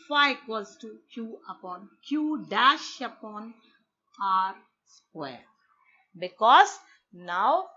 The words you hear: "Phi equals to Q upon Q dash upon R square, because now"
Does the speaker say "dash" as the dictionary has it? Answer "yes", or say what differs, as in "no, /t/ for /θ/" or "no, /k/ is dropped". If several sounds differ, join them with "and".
yes